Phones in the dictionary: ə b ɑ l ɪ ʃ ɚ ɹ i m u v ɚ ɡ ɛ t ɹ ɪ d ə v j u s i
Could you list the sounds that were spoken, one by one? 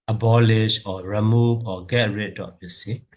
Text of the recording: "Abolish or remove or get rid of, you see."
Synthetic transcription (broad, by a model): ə b ɑ l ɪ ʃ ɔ ɹ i m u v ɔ ɡ ɛ t ɹ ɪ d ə p j u s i